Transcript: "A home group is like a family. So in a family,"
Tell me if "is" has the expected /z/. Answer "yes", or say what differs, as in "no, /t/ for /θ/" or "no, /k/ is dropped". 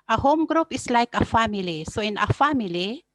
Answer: no, /s/ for /z/